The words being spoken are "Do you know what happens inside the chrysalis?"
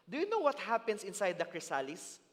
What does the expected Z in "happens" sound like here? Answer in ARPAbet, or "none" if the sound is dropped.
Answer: S